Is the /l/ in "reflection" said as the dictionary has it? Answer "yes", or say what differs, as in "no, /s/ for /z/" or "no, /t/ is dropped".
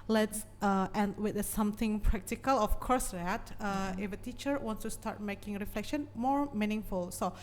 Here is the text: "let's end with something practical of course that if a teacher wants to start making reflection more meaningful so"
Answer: yes